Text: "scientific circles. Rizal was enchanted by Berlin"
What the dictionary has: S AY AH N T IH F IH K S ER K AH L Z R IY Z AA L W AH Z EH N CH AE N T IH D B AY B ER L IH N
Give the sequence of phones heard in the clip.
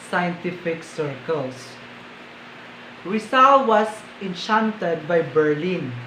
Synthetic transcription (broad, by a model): S AY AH N T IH F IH K S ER K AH L S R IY S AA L W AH S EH N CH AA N T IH D B AY B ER L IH N